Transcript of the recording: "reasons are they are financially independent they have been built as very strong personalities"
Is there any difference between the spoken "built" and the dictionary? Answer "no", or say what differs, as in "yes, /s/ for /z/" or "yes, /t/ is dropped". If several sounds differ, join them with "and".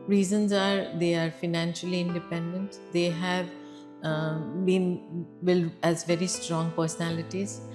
yes, /t/ is dropped